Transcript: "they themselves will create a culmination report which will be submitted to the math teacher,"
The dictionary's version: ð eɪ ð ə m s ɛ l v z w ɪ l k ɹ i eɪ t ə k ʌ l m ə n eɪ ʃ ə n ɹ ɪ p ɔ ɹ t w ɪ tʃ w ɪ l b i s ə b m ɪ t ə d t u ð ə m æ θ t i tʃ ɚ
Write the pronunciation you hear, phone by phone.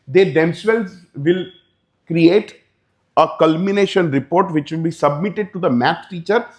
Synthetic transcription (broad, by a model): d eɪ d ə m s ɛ l z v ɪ l k ɹ i eɪ t ə k ʌ l m ə n eɪ ʃ ə n ɹ ɪ p ɔ ɹ t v ɪ tʃ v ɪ l b i s ə b m ɪ t ə d t u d ə m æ s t i tʃ ɚ